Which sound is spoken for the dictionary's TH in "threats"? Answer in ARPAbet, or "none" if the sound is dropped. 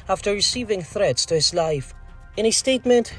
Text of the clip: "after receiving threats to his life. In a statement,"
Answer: TH